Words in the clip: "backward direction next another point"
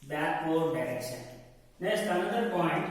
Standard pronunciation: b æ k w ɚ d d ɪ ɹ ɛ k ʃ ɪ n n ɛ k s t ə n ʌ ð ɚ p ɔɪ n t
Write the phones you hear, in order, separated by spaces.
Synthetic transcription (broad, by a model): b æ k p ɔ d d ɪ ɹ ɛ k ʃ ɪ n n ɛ s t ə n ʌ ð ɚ p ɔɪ n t